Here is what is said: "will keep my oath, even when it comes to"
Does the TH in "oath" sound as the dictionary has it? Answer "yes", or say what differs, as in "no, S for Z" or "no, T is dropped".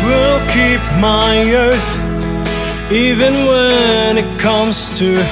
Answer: yes